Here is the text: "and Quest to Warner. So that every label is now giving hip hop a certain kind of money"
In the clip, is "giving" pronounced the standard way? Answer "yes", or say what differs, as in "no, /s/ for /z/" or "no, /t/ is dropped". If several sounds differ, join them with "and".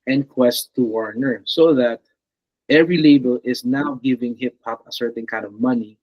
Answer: yes